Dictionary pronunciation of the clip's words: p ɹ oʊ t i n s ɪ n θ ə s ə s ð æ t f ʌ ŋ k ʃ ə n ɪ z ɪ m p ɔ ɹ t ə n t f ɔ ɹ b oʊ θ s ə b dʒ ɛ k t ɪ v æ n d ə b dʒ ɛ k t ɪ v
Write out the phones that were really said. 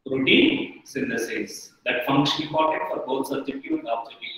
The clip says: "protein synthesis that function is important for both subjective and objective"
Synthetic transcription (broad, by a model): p ɹ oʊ t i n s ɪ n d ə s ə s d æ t f ʌ ŋ k ʃ ə n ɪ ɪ p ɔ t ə t f ɔ ɹ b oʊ t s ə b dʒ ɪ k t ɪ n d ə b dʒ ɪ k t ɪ